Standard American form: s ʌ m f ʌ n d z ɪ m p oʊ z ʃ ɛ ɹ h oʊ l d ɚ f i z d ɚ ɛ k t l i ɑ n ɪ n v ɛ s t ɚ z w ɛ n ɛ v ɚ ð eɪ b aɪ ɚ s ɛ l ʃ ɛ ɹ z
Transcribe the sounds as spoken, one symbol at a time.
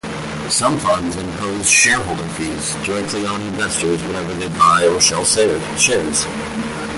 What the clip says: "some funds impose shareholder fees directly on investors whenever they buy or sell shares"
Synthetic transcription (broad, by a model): s ʌ m f ʌ n d z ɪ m p oʊ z ʃ ɛ ɹ h oʊ l d ɚ f i z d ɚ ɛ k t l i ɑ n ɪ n v ɛ s t ɚ z w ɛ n ɛ v ɚ ð eɪ b aɪ ɚ ʃ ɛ l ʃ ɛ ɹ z